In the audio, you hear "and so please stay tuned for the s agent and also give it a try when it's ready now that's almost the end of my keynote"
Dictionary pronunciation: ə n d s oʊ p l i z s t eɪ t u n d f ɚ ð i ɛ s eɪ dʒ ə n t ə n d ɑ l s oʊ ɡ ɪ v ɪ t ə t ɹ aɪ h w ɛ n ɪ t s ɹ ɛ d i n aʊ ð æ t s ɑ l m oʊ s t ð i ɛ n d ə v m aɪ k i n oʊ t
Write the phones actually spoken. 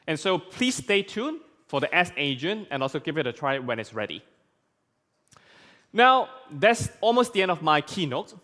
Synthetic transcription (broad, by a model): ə n s oʊ p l i s t eɪ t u n f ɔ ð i ɛ s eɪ dʒ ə n ə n ɑ l s oʊ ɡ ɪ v ɪ t ə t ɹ aɪ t w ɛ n ɪ t s ɹ ɛ d i n aʊ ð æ t s ɑ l m oʊ s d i ɛ n d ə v m aɪ k i n oʊ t